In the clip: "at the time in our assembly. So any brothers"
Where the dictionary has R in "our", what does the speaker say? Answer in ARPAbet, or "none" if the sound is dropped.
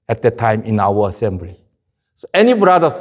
W